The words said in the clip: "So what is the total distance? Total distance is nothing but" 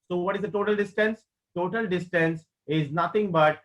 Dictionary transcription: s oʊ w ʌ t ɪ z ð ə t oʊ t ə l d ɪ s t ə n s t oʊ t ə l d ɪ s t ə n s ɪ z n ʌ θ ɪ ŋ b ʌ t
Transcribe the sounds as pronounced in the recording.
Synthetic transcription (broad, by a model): s oʊ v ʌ t ɪ z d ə t oʊ t ə l d ɪ s t ə n s t oʊ t ə l d ɪ s t ə n s ɪ z n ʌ t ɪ ŋ b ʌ t